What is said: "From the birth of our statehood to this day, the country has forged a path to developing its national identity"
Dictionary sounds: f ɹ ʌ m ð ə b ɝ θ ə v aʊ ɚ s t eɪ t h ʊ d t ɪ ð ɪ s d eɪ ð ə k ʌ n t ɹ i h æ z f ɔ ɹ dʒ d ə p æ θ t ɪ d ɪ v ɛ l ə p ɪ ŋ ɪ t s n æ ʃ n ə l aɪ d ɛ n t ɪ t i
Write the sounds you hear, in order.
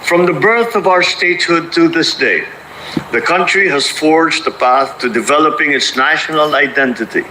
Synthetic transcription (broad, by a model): f ɹ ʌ m ð ə b ɝ θ ə v aʊ ɚ s t eɪ t h ʊ d t ɪ ð ɪ s d eɪ ð ə k ʌ n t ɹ i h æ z f ɔ ɹ dʒ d ə p æ θ t ɪ d ɪ v ɛ l ə p ɪ ŋ ɪ t s n æ ʃ n ə l aɪ d ɛ n t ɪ t i